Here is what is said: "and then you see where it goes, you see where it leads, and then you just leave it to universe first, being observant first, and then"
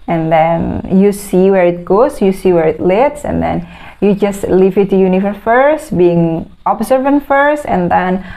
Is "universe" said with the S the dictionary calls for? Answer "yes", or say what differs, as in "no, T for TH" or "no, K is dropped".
no, S is dropped